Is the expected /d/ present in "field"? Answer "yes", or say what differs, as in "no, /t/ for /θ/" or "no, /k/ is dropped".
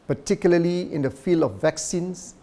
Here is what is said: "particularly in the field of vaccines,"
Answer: yes